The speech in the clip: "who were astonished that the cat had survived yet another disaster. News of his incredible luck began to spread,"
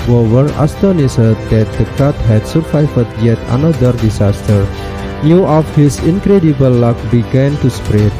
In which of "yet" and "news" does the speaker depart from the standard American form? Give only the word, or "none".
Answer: news